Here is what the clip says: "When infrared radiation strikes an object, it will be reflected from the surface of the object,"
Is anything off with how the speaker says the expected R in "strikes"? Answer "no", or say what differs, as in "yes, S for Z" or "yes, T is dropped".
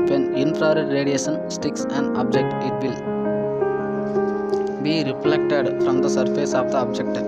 yes, R is dropped